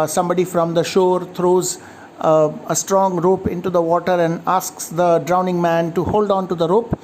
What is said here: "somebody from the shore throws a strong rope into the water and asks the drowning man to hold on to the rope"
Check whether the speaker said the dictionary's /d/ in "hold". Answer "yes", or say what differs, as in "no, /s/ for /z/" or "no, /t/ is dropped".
yes